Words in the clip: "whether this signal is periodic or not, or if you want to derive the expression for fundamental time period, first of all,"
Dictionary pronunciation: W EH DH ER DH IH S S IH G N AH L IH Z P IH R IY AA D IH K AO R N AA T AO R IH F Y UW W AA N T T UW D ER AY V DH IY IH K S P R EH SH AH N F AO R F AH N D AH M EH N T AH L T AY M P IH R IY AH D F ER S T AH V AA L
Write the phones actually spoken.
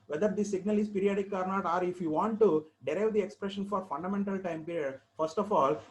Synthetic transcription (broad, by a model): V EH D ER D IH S S IH G N AH L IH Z P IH R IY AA D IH K AO R N AA T AO R IH F Y UW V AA N T T UW D ER AY V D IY IH K S P R EH SH AH N F AO R F AH N D AH M EH N T AH L T AY M P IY R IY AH D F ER S T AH F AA L